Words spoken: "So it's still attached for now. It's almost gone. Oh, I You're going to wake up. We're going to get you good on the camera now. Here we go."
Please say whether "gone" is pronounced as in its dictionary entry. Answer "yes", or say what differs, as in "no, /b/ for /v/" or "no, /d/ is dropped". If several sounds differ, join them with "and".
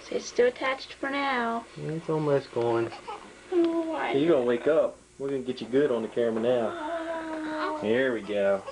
yes